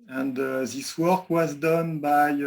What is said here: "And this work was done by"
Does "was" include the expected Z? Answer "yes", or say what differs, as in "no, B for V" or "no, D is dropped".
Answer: yes